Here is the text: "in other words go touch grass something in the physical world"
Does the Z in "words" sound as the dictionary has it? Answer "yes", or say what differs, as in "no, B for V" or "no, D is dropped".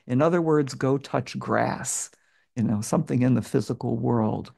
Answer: yes